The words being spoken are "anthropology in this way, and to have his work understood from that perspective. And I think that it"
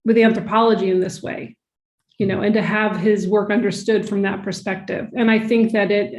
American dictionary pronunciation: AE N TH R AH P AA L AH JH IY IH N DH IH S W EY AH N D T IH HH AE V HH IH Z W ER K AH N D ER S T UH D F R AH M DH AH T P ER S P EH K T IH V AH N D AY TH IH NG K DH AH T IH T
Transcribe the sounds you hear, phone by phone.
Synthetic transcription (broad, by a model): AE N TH R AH P AA L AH JH IY IH N DH IH S W EY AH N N T IH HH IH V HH IH Z W ER K AH N D ER S T UH D F R AH M DH AH T P ER S P EH K T IH V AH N AY TH IH NG K DH AH T IH T